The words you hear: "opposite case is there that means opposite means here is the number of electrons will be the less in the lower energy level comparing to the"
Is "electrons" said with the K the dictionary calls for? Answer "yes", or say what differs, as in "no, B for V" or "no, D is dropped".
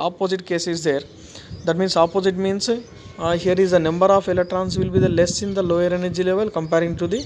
no, K is dropped